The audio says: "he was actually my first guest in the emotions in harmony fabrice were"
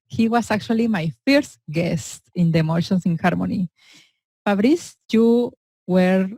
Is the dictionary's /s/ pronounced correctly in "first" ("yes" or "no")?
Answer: yes